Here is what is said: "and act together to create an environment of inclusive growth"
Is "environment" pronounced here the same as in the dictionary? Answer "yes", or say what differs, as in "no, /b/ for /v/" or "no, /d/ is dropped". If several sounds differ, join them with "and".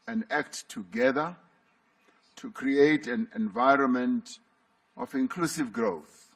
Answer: yes